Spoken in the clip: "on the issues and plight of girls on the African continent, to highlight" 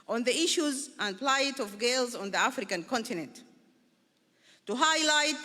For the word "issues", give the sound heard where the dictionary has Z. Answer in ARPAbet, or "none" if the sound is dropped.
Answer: Z